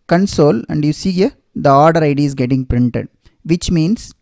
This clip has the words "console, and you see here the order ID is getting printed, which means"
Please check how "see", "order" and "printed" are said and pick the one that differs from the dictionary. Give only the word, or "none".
none